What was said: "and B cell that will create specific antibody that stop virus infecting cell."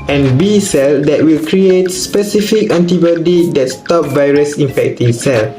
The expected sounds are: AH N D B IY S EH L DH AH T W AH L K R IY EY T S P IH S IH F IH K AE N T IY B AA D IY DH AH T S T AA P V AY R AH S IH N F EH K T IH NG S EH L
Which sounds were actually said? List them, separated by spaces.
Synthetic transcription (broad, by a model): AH N B IY S EH L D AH T W AH L K R IY EY T S P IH S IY F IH K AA N T IY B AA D IY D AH T S T AA P V AY R AH S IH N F EH K T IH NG S EH L